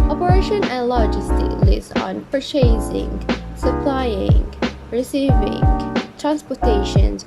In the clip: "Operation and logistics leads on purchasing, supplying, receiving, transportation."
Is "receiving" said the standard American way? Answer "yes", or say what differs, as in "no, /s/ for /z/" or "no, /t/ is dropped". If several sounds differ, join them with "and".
yes